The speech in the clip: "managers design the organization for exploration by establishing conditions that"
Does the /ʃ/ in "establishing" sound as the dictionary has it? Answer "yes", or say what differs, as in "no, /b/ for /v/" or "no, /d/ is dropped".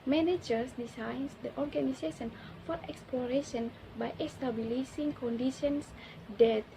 no, /s/ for /ʃ/